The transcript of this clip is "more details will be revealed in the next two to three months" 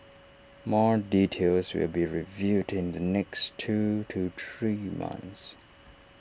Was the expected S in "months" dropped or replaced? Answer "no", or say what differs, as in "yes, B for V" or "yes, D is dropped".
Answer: no